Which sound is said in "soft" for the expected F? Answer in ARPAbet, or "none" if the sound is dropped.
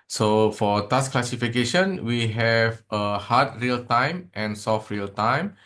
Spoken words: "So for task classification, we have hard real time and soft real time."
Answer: F